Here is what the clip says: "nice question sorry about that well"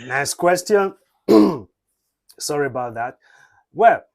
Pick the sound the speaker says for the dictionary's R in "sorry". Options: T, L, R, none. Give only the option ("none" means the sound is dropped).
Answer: R